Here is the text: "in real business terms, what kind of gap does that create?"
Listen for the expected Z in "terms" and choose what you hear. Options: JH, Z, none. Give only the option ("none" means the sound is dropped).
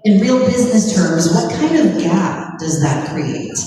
Z